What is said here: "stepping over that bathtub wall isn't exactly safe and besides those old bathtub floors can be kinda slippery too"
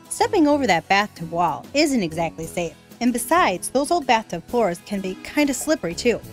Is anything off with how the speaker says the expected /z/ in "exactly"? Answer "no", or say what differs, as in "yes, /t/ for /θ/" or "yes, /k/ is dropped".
no